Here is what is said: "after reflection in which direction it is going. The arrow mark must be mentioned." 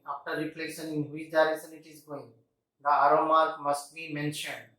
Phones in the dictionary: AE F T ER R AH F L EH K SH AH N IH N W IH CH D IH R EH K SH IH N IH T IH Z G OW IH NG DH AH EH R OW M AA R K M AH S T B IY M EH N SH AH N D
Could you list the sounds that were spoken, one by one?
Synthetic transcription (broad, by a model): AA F T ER R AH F L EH SH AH N IH N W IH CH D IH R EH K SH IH N IH T IH Z G OW IH NG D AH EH R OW M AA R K M AH S T B IY M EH N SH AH N D